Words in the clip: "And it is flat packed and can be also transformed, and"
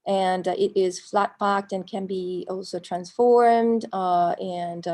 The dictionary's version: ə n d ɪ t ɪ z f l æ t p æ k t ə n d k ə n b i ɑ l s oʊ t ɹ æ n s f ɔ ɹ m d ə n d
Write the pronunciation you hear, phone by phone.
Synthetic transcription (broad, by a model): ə n ɪ t ɪ z f l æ t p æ k t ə n k ə n b i ɑ l s oʊ t ɹ æ n s f ɔ ɹ m d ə n